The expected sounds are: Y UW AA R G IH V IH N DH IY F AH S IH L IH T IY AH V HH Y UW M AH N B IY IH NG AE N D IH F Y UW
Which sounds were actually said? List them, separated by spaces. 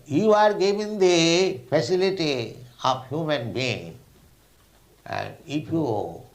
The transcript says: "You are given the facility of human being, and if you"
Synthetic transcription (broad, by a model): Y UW AA R G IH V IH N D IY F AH S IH L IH T IY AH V HH Y UW M AH N B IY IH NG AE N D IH P Y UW